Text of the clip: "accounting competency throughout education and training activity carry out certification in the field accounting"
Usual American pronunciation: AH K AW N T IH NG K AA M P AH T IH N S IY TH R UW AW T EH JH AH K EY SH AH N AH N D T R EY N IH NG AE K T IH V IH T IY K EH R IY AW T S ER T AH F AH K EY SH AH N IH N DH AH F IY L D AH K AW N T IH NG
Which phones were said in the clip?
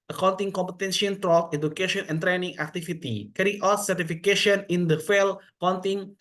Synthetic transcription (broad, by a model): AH K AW N T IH NG K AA M P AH T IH N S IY T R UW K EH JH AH K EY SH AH N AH N T R EY N IH NG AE K T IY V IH T IY K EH R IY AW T S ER T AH F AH K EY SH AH N IH N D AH F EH L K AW N T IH NG